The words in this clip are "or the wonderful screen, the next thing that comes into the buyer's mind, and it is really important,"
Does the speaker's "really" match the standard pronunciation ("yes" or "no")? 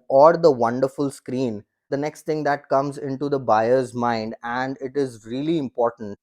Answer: yes